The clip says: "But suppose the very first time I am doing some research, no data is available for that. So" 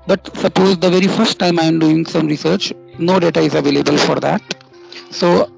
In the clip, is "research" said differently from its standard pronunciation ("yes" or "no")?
no